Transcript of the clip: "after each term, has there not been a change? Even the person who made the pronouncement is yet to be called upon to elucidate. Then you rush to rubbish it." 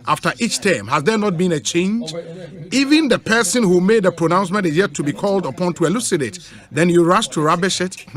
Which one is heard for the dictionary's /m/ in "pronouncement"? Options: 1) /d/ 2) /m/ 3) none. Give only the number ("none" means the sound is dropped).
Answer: 2